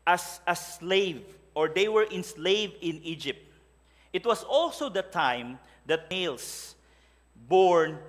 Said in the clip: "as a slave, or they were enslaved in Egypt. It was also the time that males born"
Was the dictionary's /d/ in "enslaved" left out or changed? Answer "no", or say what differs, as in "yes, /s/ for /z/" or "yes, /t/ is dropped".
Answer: yes, /d/ is dropped